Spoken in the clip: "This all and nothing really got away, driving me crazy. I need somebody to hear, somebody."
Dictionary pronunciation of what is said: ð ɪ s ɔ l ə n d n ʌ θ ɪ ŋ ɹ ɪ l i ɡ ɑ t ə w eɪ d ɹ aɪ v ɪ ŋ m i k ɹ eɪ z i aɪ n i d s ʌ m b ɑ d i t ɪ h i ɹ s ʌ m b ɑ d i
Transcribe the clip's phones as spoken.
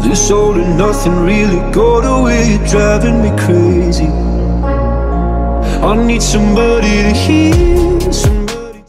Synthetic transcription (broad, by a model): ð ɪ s ɔ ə l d n ʌ θ ɪ ŋ ɹ ɪ l i ɡ ɑ t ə w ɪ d ɹ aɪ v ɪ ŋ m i k ɹ eɪ z i aɪ n i d s ʌ m b ɑ d i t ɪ h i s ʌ m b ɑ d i